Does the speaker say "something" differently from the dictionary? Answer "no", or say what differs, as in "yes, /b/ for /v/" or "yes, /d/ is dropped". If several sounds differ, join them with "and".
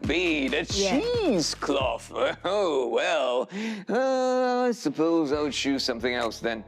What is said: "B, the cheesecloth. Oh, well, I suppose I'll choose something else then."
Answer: no